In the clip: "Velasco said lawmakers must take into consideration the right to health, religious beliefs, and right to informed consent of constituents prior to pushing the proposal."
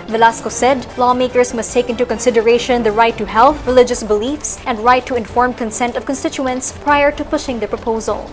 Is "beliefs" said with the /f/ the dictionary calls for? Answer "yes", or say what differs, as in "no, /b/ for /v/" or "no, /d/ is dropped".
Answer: yes